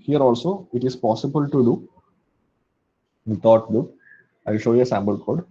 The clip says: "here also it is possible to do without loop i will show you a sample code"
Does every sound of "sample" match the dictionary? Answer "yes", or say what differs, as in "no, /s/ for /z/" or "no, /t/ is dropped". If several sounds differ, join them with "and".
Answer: no, /b/ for /p/